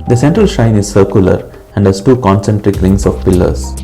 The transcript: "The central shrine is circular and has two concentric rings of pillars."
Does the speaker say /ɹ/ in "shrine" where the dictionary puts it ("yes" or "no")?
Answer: no